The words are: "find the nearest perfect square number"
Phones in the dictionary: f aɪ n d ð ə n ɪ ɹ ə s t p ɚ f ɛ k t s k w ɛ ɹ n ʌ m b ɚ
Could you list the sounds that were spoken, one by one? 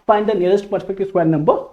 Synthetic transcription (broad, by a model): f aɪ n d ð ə n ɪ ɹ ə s t p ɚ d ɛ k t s w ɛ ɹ n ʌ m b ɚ